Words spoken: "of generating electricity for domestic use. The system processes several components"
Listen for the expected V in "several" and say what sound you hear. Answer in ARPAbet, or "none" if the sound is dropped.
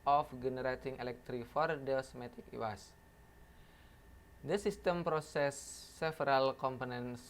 none